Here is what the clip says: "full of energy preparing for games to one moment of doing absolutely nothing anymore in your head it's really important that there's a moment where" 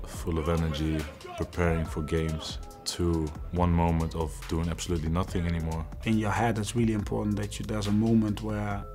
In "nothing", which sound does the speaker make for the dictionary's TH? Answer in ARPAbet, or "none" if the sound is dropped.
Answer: TH